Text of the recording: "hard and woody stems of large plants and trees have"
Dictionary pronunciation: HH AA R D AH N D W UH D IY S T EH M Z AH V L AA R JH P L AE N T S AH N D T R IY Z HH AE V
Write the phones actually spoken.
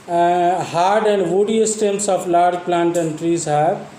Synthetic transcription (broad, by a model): HH AA R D AH N D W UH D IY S T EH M S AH P L AA R JH P L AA N T AH N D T R IY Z HH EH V